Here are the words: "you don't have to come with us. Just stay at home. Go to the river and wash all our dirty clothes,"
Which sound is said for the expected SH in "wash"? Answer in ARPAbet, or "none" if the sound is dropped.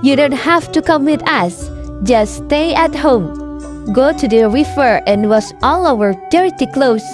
S